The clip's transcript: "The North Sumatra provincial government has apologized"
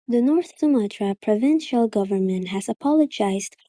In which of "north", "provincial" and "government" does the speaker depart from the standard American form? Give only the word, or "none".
none